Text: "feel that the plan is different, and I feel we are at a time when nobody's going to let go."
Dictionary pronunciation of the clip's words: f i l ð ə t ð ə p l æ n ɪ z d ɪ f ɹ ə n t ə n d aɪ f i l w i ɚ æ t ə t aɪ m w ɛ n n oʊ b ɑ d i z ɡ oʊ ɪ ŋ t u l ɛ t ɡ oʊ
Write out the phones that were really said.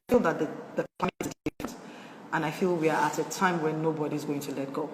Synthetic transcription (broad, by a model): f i l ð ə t ð ə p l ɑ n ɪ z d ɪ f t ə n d aɪ f i l w i ɚ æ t ə t aɪ m w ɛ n n oʊ b ɑ d i z ɡ oʊ ɪ ŋ t u l ɛ t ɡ oʊ